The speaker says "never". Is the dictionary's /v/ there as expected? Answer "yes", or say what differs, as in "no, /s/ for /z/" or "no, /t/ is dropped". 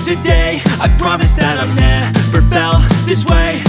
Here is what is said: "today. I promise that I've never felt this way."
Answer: no, /p/ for /v/